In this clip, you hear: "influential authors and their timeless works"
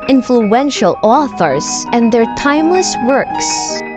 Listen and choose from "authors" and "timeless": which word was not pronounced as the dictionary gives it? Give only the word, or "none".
none